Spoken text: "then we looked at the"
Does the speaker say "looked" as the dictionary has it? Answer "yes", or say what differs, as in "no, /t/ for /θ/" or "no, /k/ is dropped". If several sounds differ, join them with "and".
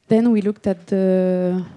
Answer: yes